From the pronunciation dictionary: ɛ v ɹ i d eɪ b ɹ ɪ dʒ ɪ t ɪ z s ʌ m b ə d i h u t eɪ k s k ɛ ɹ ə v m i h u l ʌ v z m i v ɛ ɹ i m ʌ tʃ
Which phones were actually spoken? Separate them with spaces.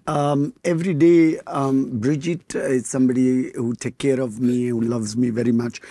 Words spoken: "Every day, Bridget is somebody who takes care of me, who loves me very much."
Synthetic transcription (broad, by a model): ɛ v ɹ i d eɪ b ɹ ɪ dʒ ɪ t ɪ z s ʌ m b ə d i h u t eɪ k k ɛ ɹ ə v m i h u l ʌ v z m i v ɛ ɹ i m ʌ tʃ